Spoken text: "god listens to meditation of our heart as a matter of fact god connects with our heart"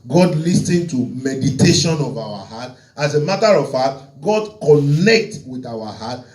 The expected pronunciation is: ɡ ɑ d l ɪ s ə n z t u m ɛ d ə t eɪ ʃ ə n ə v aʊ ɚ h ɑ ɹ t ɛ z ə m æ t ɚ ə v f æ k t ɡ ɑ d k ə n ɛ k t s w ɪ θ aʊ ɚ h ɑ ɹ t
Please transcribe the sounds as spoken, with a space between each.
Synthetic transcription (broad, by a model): ɡ ɑ d l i s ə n t u m ɛ d ə t eɪ ʃ ə n ə v aʊ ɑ h ɑ t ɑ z ə m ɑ t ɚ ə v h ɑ t ɡ ɑ d k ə n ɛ k t w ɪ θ aʊ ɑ h ɑ t